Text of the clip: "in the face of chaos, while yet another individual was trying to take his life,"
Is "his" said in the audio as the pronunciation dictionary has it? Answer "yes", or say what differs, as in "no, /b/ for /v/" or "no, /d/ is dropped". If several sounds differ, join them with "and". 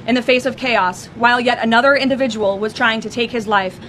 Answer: yes